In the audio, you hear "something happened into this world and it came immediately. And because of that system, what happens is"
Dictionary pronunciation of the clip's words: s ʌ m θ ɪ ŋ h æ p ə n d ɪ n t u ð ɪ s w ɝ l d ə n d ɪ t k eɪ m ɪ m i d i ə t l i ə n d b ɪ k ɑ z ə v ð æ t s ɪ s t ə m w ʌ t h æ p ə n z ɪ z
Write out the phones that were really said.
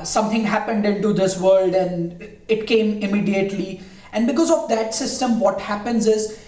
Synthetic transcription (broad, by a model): s ʌ m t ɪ ŋ h æ p ə n d ɪ n t u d ɪ s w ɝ l d ə n d ɪ t k eɪ m ɪ m i d i ə t l i ə n d b ɪ k ɑ z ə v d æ t s ɪ s t ə m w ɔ t h æ p ə n z ɪ z